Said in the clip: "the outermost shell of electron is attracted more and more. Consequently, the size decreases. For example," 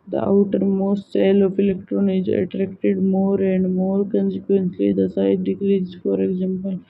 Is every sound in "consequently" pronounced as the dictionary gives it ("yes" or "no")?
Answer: no